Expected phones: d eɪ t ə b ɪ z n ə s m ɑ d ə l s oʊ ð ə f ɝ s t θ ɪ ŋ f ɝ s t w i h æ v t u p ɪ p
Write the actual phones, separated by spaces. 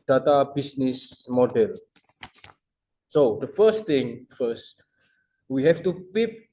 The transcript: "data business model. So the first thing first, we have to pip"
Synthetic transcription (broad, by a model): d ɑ t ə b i s n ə s m ɑ d ə l s oʊ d ə f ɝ s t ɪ ŋ f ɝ s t w i h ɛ f t u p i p